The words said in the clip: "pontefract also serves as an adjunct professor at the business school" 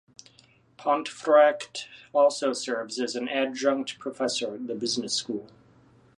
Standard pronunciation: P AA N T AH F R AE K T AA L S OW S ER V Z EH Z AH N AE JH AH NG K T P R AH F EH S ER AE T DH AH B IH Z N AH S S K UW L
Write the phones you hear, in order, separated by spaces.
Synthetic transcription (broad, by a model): P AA N T F R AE K T AA L S OW S ER V Z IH Z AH N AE JH AH NG K T P R AH F EH S ER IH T DH AH B IH Z N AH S S K UW L